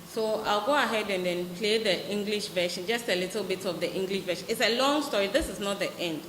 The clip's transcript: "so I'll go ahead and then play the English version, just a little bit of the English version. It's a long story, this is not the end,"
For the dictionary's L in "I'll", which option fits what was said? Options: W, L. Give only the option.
L